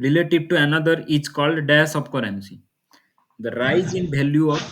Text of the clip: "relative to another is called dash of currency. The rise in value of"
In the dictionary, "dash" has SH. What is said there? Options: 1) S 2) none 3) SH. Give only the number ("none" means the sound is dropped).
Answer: 1